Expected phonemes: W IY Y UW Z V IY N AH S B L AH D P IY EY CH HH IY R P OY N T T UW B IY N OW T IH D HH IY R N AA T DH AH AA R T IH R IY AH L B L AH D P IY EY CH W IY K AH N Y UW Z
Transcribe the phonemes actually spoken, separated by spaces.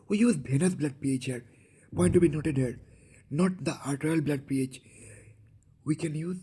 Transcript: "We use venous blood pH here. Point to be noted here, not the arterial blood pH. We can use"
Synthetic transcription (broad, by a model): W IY Y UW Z B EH N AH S B L AH D P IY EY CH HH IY R P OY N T T UW B IY N OW T IH D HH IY R N AA T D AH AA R T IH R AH L B L AH D P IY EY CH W IY K AH N Y UW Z